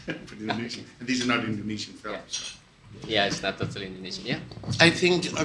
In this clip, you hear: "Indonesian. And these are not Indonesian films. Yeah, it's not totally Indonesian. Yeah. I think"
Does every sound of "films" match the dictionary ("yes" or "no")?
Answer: no